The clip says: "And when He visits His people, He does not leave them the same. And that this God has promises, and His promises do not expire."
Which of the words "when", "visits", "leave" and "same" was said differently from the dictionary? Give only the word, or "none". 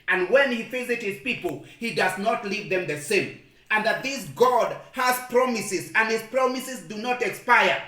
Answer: visits